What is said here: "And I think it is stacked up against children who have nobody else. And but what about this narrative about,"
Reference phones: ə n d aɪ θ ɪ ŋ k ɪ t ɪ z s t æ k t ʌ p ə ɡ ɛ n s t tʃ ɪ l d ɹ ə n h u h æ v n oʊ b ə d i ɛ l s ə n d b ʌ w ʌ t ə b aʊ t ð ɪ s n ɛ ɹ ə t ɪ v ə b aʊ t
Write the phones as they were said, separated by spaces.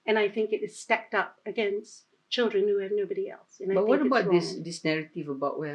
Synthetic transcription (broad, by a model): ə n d aɪ θ ɪ ŋ k ɪ t ɪ z s t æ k t ʌ p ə ɡ ɛ n s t tʃ ɪ l d ɹ ə n h u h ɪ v n oʊ b ə d i ɛ l s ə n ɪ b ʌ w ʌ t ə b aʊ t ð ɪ s n ɛ ɹ ə t ɪ v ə b aʊ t